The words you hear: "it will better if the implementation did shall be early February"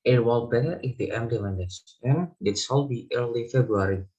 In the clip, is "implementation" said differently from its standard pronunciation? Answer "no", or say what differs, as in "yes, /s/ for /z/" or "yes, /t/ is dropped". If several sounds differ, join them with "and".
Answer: yes, /p/ is dropped